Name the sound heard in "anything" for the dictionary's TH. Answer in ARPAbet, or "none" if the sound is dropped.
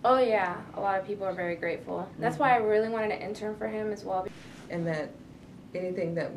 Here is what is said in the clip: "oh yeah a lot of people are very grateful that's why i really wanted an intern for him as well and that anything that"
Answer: TH